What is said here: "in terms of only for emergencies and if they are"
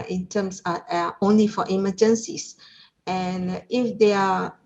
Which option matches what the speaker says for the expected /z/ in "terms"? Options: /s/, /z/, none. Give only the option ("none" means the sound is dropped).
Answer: /s/